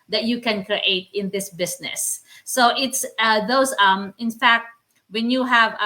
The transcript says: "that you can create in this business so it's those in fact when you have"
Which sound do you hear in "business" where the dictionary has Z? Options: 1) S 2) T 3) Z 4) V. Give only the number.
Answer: 1